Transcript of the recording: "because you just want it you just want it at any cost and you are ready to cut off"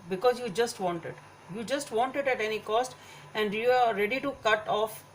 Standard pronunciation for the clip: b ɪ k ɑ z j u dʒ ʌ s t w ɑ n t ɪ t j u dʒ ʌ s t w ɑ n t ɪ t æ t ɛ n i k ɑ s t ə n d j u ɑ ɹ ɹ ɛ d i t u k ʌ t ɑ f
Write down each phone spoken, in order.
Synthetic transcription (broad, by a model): b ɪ k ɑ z j u dʒ ʌ s t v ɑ n t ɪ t j u dʒ ʌ s t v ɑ n t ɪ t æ t ɛ n i k ɑ s t ə n d j u ɑ ɹ ɹ ɛ d i t u k ʌ t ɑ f